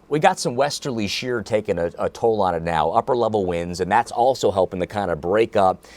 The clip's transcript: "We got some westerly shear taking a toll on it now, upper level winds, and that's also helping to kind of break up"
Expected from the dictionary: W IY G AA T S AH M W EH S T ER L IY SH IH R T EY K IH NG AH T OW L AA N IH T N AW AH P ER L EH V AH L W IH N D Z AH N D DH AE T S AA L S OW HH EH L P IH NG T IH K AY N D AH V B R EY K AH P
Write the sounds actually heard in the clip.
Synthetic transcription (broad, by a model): W IY G AA T S AH M W EH S T ER L IY SH IH R T EY K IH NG AH T OW L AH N IH T N AW AH P ER L EH V L W IH N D Z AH N DH AE T S AA L S OW HH EH L P IH NG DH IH K AY N D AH B R EY K AH P